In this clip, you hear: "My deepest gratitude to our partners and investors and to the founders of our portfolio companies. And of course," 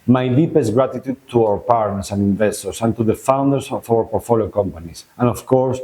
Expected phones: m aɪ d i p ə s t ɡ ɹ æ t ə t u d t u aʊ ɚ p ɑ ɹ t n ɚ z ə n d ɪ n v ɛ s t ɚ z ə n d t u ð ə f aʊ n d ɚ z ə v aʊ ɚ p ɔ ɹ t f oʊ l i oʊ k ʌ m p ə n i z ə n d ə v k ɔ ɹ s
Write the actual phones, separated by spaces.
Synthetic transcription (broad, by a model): m aɪ d i p ə s t ɡ ɹ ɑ t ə t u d t u aʊ ɚ p ɑ ɹ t n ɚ s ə n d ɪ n v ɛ s t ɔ s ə n t u ð ə f aʊ n d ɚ s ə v aʊ ɚ p ɔ ɹ t f oʊ l i oʊ k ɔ m p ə n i s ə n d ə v k ɔ ɹ s